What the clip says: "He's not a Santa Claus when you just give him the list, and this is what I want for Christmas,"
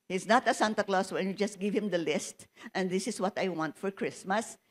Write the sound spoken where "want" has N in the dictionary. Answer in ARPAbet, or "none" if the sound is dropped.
N